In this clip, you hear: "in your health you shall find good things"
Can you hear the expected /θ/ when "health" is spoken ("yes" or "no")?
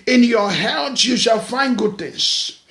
no